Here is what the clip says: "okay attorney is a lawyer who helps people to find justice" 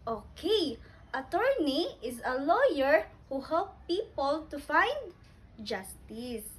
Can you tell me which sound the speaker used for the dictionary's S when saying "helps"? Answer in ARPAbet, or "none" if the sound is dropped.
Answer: none